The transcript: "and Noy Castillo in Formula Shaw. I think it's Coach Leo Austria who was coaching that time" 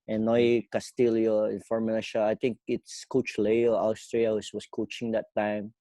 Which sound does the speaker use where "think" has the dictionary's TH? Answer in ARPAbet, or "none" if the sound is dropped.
T